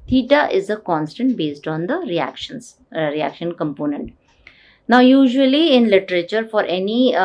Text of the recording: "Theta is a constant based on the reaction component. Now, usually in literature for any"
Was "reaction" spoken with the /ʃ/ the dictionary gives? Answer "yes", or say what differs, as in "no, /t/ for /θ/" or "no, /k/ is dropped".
yes